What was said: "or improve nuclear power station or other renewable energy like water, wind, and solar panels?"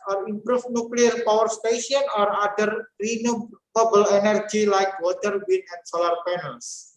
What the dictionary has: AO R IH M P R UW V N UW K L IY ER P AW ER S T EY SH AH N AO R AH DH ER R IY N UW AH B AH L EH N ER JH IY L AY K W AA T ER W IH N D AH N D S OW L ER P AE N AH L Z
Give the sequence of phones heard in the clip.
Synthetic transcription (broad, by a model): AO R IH M P R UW F N UW K L IY ER P AW ER S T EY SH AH N AO R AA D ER R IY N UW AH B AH L EH N ER JH IY L AY K W AA T ER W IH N AH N S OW L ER P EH N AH L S